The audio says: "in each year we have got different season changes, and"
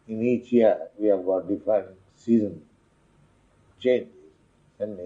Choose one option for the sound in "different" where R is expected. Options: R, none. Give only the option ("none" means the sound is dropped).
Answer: none